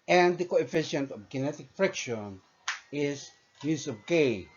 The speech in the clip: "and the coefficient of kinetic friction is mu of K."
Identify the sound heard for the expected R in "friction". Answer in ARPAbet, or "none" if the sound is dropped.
R